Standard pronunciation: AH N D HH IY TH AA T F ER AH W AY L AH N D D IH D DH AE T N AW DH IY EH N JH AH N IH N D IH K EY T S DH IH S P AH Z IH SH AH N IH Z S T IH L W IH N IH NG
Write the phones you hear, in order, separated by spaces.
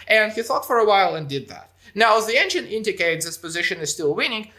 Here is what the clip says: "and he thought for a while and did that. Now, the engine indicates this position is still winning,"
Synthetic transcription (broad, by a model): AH N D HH IY TH AA T F ER AH W AY L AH N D D IH D DH AE T N AW DH IY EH N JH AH N IH N D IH K EY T DH IH S P AH Z IH SH AH N IH Z S T IH L W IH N IH NG